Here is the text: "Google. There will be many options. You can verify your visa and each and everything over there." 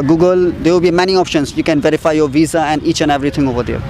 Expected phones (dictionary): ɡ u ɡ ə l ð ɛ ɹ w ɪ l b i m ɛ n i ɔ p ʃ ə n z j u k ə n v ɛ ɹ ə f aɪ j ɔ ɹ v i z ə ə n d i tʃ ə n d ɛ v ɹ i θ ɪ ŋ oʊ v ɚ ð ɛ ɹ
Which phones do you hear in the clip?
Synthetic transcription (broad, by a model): ɡ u ɡ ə l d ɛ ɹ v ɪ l b i m ɛ n i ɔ p ʃ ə n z j u k ə n v ɛ ɹ ə f aɪ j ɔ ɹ v i z ə ə n d i tʃ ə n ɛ v ɹ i t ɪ ŋ oʊ v ɚ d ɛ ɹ